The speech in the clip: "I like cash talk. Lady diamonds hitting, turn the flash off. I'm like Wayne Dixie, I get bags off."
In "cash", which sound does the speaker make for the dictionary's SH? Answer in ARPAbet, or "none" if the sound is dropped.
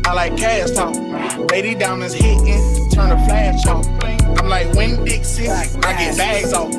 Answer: S